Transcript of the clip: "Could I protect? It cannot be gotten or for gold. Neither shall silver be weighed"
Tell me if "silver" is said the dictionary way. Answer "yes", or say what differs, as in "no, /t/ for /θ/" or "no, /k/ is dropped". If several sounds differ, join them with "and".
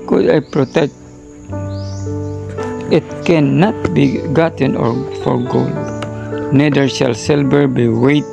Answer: no, /b/ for /v/